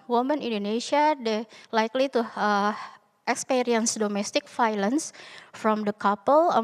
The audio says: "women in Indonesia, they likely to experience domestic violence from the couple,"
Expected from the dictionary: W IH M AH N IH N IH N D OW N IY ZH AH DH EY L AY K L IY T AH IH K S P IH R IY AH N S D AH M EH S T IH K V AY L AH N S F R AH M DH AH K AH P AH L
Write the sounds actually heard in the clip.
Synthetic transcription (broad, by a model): W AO M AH N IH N N D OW N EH SH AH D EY L AY K L IY T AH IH K S P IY R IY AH N S D AH M EH S T IH K F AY L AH N S F R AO M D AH K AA P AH L